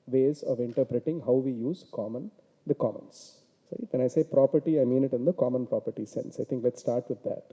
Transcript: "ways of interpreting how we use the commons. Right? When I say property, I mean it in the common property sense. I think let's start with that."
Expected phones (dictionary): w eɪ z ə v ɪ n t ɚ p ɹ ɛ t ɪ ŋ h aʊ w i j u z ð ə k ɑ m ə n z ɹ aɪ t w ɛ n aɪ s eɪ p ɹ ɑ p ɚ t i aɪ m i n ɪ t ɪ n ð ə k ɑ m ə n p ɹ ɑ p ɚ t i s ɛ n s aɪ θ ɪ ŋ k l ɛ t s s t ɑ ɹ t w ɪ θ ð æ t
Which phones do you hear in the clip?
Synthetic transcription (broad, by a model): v eɪ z ə v ɪ n t ɚ p ɹ ɛ t ɪ ŋ h aʊ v i j u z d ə k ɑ m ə n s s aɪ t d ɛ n aɪ s eɪ p ɹ ɑ p ɚ t i aɪ m i n ɪ t ɪ n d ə k ɑ m ə n p ɹ ɑ p ɚ t i s ɛ n s aɪ t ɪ ŋ k l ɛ t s s t ɑ ɹ t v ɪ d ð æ t